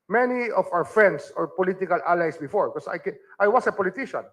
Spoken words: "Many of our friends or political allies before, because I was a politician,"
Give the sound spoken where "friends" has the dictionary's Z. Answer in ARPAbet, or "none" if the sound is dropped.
S